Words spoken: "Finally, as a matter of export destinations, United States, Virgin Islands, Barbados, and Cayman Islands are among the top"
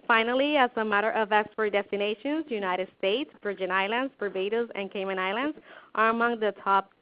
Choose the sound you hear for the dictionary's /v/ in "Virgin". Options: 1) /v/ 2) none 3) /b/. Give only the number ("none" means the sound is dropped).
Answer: 3